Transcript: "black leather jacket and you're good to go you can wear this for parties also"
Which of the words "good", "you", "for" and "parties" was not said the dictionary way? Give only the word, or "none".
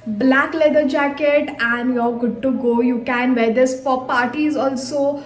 for